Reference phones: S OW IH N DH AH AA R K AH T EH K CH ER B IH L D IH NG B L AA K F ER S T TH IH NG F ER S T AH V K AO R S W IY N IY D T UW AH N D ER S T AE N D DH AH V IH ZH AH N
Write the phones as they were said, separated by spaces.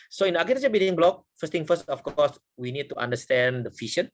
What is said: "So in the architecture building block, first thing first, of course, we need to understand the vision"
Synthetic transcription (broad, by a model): S OW IH N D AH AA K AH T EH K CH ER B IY D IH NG B L AA K F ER S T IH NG F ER S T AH F K AO S W IY N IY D T UW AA N D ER S T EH N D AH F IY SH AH N